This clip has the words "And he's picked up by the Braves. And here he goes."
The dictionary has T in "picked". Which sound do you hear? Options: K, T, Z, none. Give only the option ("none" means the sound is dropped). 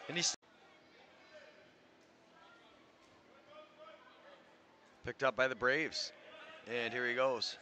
T